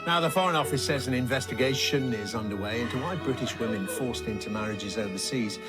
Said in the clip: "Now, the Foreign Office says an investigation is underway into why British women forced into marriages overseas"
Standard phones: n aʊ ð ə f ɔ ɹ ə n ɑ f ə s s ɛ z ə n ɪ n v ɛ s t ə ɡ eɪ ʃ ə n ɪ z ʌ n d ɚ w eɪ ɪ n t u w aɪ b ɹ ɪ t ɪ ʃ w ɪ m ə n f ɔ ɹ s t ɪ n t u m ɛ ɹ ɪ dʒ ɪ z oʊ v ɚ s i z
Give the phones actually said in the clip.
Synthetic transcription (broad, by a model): n aʊ ð ə f ɔ ɹ ə n ɑ f ə s s ɛ z ə n ɪ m v ɛ s t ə ɡ eɪ ʃ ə n ɪ z ʌ n d ɚ w eɪ ɪ n t u w aɪ b ɹ ɪ t ɪ ʃ w ɪ m ə n f ɔ ɹ s t ɪ n t u m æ ɹ ɪ dʒ ɪ z oʊ v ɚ s i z